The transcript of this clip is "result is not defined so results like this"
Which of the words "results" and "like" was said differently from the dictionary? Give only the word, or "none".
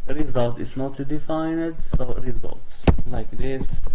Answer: none